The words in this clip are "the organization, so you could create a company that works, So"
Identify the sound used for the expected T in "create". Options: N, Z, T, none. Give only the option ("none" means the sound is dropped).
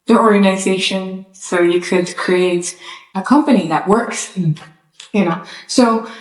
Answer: T